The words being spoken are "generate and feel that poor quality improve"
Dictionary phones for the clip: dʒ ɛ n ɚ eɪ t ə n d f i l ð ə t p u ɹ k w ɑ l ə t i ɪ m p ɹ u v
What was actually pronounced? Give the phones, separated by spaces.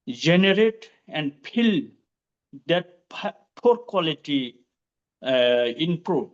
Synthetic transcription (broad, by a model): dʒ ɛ n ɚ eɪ t ə n d p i l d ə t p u ɹ k w ɑ l ə t i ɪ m p ɹ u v